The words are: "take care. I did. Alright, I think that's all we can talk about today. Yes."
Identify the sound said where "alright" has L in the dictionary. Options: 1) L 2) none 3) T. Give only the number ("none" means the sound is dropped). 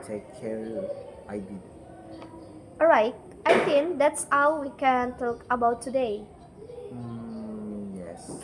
2